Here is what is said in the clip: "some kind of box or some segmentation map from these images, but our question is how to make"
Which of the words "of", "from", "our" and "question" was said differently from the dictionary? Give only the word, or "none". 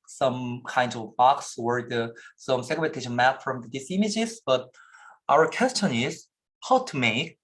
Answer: none